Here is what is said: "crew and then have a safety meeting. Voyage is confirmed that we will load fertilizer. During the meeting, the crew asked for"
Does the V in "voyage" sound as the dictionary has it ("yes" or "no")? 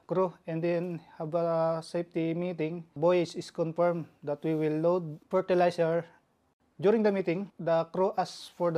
no